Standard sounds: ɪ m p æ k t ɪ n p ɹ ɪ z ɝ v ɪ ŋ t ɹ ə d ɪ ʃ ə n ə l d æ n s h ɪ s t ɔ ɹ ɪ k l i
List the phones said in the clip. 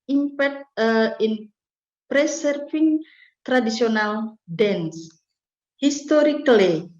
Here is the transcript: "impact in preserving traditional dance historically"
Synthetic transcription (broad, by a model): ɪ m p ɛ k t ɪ n p ɹ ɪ s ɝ f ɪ ŋ t ɹ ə d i s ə n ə l d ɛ n s h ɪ s t ɔ ɹ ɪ k l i